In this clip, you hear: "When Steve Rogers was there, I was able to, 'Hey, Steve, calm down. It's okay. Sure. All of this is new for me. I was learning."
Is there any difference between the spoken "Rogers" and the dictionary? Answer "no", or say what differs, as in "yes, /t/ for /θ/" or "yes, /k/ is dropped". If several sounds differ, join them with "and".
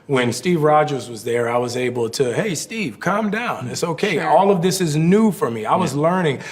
no